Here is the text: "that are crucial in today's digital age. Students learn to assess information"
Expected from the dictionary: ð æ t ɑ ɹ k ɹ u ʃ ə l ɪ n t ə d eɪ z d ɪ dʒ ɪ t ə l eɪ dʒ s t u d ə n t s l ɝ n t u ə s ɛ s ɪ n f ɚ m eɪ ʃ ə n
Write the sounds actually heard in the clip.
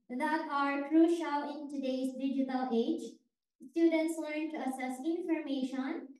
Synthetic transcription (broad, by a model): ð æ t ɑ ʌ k ɹ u ʃ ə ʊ ɪ n t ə d eɪ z d ɪ dʒ ɪ t ə l eɪ dʒ s t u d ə n t s l ɝ n t u ə s ɛ s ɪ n f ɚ m eɪ ʃ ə n